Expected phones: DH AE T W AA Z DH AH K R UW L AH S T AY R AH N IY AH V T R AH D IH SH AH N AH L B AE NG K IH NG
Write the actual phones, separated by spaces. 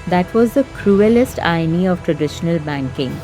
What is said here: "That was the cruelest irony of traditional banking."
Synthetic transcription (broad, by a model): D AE T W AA Z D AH K R UW L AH S T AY AH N IY AH V T R AH D IH SH AH N AH L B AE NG K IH NG